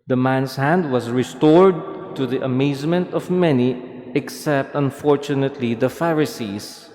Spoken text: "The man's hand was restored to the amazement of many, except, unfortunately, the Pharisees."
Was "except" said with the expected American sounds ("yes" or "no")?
yes